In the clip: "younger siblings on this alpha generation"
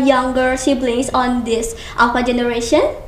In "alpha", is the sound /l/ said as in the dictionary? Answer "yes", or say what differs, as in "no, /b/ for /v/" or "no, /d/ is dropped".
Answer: no, /l/ is dropped